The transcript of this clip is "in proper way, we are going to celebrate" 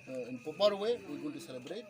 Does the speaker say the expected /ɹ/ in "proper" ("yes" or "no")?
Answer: no